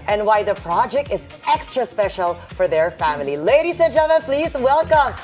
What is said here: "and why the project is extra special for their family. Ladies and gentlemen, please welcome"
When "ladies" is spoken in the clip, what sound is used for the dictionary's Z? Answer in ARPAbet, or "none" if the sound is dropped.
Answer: S